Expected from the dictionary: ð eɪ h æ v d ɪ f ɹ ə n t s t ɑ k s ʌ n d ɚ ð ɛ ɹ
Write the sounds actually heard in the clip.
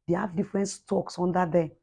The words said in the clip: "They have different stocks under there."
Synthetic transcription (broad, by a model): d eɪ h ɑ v d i f ɹ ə n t s t ɑ k s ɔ n d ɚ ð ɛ